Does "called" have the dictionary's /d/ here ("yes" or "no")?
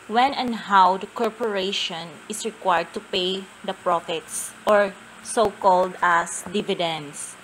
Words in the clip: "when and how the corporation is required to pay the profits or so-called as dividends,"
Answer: yes